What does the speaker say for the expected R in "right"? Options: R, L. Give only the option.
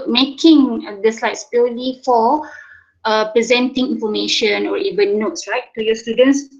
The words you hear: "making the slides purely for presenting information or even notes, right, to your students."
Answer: L